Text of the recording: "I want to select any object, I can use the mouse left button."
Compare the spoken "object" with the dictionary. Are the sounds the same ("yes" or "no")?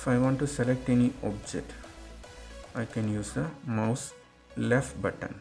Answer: yes